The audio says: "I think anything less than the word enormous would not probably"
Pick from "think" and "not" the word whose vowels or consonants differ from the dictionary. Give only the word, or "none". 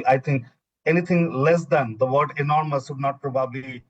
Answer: think